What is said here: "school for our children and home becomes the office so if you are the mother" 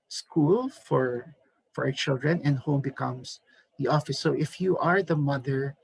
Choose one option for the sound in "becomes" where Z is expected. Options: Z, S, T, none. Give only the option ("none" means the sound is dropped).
S